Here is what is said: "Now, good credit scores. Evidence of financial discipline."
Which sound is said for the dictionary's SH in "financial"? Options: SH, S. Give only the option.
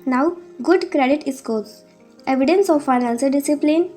S